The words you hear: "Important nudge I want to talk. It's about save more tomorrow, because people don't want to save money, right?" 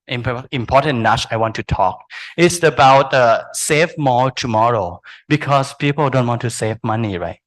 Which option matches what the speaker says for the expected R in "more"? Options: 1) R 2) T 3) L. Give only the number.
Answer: 3